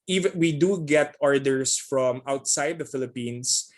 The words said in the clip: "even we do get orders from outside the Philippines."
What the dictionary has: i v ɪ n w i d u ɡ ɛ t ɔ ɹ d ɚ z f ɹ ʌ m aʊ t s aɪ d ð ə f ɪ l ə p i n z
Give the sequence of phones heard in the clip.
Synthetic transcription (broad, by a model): i v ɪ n w i d u ɡ ɛ t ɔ ɹ d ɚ s f ɹ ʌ m aʊ t s aɪ d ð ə f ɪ l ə p i n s